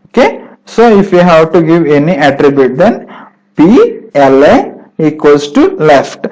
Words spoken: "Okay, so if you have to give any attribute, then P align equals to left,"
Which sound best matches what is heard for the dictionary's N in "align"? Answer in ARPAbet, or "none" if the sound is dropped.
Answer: none